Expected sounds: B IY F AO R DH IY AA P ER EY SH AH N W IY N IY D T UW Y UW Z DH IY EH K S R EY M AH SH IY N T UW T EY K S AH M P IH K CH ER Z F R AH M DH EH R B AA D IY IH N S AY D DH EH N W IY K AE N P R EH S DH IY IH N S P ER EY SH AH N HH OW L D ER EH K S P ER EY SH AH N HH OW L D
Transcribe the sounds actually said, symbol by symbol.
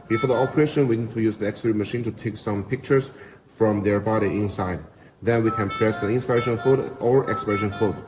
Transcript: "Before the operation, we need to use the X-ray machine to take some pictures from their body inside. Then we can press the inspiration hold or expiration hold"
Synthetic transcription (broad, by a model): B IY F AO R DH IY AA P ER EY SH AH N W IY N IY D T UW Y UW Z DH IY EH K S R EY M AH SH IY N T UW T EY K S AH M P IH K CH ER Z F R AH M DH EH R B AA D IY IH N S AY D DH EH N W IY K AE N P R EH S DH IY IH N S P ER EY SH AH N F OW D ER EH K S P ER EY SH AH N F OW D